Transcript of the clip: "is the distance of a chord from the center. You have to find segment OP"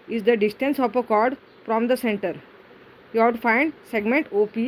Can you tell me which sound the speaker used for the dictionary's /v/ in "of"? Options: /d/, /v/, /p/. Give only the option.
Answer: /p/